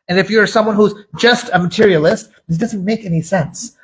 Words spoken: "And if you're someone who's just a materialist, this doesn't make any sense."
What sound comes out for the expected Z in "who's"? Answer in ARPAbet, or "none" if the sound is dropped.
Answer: Z